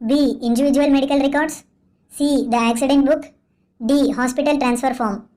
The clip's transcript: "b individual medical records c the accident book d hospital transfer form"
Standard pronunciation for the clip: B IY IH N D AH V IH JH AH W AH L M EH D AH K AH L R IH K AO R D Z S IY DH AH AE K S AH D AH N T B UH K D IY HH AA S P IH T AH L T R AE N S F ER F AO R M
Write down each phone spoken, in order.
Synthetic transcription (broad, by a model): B IY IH N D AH V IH JH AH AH L M EH D AH K AH L R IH K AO R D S S IY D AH AE K S AH D AH N T B UH K D IY HH AA S P IH T AH L T R AE N S F ER F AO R M